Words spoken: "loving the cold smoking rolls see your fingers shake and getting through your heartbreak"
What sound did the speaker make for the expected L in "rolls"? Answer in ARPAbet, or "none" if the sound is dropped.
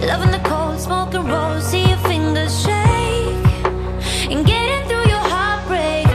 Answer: none